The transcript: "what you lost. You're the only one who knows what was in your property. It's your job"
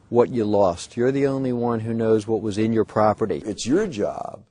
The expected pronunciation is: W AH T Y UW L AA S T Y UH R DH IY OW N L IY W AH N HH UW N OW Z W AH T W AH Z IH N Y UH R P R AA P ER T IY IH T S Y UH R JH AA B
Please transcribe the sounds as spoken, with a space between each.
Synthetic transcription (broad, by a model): W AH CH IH L AA S T Y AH R DH IY OW N L IY W AH N HH UW N OW Z W AH T W AH Z IH N Y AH R P R AA P ER T IY IH T S Y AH R JH AA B